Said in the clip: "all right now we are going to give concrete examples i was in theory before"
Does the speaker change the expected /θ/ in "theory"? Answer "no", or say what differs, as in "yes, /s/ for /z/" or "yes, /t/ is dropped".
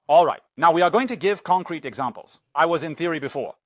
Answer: no